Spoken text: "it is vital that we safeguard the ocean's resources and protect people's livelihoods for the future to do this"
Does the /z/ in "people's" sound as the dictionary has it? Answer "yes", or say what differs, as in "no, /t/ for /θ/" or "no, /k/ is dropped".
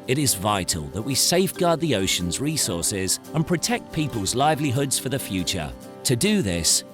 yes